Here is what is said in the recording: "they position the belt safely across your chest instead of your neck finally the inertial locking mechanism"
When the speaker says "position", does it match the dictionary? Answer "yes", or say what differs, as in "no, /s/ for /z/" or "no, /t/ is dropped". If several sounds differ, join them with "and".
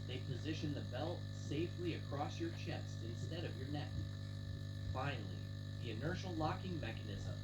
yes